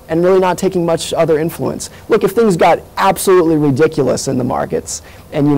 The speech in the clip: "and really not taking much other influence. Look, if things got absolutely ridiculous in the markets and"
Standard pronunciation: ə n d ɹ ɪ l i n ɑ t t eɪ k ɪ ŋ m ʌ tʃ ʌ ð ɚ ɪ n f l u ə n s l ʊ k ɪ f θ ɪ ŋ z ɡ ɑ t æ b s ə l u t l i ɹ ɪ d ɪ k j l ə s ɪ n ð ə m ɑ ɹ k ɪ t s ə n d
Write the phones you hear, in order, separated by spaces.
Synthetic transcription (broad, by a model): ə n ɹ ɪ l i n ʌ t t eɪ k ɪ ŋ m ʌ tʃ ʌ ð ɚ ɪ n f l u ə n s l ʊ k ɪ f θ ɪ ŋ z ɡ ɑ t æ b s ə l u t l i ɹ ɪ d ɪ k j l ə s ɪ n ð ə m ɑ ɹ k ɪ t s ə n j